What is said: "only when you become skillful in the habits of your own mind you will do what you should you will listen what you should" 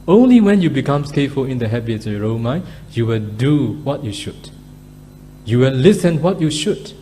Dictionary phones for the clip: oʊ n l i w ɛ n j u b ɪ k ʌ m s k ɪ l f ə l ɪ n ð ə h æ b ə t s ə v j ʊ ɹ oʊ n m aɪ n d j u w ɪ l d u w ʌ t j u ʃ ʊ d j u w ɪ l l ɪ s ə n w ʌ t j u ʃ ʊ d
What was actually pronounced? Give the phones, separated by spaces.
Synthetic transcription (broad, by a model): oʊ n l i w ɛ n j u b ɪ k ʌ m s k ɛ f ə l ɪ n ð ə h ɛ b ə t ə ɹ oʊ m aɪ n j u w ɪ l d u w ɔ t j u ʃ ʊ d j u w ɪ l l ɪ s ə n w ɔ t j u ʃ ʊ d